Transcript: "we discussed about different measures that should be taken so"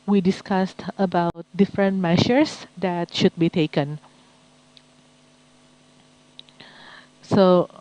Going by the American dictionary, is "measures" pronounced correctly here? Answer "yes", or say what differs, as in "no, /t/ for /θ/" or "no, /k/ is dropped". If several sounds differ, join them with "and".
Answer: no, /ʃ/ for /ʒ/